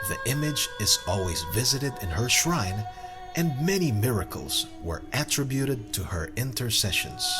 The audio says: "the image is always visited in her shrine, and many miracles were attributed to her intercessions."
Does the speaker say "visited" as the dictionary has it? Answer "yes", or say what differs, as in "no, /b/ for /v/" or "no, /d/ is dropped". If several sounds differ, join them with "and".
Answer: yes